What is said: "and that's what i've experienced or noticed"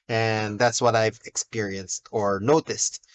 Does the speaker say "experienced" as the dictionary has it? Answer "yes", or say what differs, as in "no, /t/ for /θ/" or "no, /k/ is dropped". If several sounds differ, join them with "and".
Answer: yes